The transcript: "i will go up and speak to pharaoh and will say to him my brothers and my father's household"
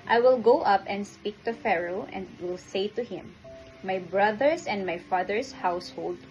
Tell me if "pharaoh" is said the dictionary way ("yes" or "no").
yes